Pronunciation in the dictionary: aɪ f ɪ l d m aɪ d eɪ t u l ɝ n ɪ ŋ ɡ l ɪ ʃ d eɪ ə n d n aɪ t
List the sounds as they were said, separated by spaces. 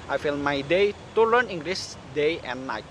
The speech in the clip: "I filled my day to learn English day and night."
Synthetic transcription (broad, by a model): aɪ f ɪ l m aɪ d eɪ t u l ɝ n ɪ ŋ ɡ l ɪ s d eɪ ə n n aɪ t